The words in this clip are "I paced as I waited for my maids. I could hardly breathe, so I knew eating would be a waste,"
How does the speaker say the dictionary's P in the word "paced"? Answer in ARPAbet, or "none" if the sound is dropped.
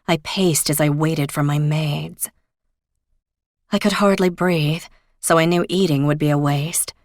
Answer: P